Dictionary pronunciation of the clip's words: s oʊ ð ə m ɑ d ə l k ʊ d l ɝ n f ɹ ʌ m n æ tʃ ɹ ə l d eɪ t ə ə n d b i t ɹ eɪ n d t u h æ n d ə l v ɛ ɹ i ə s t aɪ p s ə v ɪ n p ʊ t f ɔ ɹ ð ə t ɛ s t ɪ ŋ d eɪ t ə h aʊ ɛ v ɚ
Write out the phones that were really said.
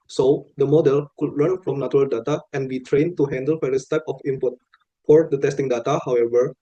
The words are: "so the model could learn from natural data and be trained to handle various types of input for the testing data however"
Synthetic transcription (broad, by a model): s oʊ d ə m ɑ d ə l k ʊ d l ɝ n f ɹ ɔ m n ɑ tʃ ɹ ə l d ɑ t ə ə n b i t ɹ eɪ n t u h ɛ n d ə l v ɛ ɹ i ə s t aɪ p ə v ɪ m p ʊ t f ɔ ɹ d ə t ɛ s t ɪ ŋ d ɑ t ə h aʊ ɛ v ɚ